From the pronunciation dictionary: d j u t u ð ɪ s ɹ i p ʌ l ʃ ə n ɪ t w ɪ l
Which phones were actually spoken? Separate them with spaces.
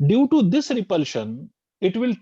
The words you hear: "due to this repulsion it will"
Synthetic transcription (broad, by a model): d j u t u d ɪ s ɹ i p ʌ l ʃ ə n ɪ t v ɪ l